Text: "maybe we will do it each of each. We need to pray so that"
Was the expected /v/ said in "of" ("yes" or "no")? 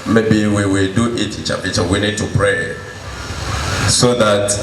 no